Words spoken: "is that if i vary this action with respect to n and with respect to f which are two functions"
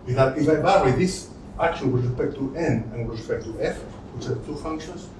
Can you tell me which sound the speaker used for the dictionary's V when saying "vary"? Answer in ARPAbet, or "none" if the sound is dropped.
B